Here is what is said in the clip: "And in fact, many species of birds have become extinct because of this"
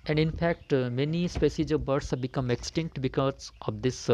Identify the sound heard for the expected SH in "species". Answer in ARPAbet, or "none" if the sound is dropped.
S